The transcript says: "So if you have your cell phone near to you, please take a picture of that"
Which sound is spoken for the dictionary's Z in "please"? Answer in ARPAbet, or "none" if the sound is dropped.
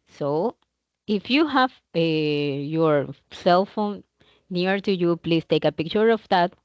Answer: S